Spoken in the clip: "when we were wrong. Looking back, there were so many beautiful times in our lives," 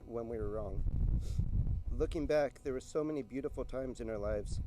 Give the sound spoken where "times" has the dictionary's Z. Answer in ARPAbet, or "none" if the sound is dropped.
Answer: Z